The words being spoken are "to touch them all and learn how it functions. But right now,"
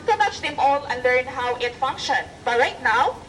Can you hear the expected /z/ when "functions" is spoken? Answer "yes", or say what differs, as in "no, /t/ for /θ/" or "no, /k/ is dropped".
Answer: no, /z/ is dropped